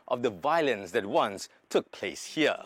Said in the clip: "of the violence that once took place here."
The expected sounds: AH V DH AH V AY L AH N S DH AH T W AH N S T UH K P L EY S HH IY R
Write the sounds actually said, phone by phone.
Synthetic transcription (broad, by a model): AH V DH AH V AY L AH N S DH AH T W AH N S T UH K P L EY S HH IY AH